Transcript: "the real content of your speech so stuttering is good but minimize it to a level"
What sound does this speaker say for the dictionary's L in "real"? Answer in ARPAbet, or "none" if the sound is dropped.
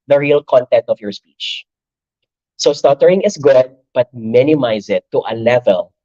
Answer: L